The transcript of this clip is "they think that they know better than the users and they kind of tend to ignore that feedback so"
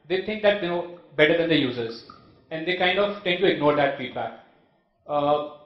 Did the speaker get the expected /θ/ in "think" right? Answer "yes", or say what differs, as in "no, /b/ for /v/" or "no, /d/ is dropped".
no, /t/ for /θ/